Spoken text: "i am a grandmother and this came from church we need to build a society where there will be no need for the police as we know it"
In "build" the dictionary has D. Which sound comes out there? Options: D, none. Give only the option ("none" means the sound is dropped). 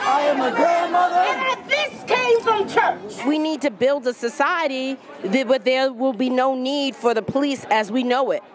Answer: D